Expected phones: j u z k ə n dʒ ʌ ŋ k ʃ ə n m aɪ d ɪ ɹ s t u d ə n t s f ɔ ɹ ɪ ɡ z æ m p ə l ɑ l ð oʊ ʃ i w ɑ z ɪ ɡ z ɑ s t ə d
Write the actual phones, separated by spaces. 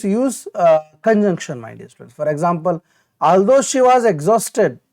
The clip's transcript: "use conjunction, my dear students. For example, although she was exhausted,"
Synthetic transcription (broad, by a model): j u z k ə n dʒ ʌ ŋ k ʃ ə n m aɪ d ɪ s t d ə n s f ɔ ɹ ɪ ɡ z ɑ m p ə l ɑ l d oʊ ʃ i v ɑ z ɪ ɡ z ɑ s t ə d